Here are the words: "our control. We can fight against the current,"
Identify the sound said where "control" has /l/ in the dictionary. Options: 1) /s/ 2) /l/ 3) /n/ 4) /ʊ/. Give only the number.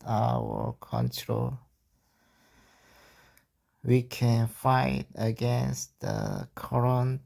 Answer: 2